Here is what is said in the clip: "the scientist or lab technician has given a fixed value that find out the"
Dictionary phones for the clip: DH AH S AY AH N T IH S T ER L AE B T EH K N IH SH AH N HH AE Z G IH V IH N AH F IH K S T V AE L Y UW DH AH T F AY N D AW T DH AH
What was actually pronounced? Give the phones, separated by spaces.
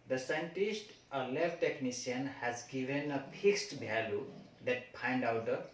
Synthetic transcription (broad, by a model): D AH S AY AH N T IH S T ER L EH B T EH K N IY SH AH N HH AE Z G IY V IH N AH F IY K S T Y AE L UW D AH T P AY N D AW T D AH